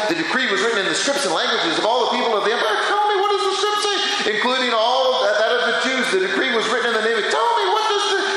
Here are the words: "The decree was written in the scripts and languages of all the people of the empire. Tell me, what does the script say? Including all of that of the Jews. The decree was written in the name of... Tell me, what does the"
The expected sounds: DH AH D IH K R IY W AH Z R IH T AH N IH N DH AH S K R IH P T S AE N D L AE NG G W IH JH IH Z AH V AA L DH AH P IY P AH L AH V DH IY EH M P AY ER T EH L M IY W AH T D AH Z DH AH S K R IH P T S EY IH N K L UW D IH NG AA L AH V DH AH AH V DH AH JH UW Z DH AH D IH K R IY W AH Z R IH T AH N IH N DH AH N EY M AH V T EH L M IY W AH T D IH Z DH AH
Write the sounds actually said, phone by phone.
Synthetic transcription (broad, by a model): DH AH D IH K R IY W AH Z R IH T N IH N DH AH S K R IH P T S N L AE NG G W IH JH IH Z AH V AA L DH AH P IY P L AH V DH IY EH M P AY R T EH L M IY W AH T D AH Z DH AH S K R IH P T S EY IH N K L UW D IH NG AA L AH V DH AH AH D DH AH CH UW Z DH AH D IH K R IY W AH Z R IH T N IH N DH AH N EY M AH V T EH L M IY W AH T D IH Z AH